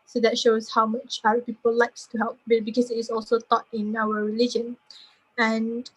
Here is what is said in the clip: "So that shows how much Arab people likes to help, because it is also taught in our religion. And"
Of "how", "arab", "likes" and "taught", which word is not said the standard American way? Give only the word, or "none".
arab